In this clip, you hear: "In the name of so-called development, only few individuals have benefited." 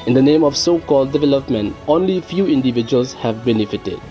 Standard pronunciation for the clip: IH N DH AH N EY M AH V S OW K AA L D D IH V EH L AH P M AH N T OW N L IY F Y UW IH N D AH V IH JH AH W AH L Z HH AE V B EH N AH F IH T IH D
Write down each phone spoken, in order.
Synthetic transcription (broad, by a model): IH N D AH N EY M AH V S OW K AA L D D IH V EH L AH P M AH N T OW N L IY F Y UW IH N D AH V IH JH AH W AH L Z HH AE V B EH N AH F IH T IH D